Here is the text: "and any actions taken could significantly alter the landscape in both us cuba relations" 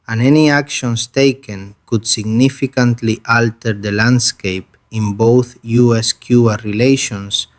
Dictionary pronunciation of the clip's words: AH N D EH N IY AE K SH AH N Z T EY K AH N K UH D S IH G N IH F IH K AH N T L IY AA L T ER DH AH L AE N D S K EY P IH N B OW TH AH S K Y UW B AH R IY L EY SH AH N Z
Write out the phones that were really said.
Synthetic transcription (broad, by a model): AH N EH N IY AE K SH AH N S T EY K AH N K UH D S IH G N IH F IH K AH N T L IY AA L T ER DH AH L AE N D S K EY P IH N B OW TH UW S K Y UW AH R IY L EY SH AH N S